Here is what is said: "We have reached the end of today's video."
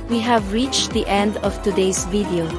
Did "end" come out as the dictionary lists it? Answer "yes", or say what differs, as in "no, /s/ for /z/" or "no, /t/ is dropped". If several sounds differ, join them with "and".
yes